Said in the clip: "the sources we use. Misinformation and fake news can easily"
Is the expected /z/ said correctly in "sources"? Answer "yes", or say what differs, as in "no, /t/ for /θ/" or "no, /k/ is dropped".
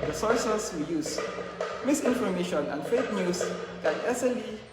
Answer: no, /s/ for /z/